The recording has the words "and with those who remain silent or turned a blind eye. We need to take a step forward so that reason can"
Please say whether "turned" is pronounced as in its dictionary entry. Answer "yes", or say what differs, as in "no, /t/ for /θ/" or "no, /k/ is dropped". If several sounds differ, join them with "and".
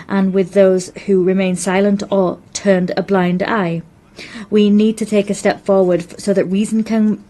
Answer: yes